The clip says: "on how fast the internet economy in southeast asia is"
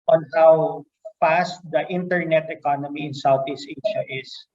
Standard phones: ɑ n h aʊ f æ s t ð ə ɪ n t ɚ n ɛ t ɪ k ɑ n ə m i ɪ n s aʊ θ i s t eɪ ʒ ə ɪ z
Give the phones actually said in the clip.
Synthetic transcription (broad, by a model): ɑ n h aʊ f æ s t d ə ɪ n t ɚ n ɛ t ɪ k ɑ n ə m i ɪ n s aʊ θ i s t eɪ ʃ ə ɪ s